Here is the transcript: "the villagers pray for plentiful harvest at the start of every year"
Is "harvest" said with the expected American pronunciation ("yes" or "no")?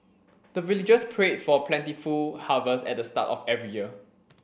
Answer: no